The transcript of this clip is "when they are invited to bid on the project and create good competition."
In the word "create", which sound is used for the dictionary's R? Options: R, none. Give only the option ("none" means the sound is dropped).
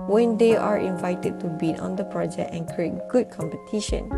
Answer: R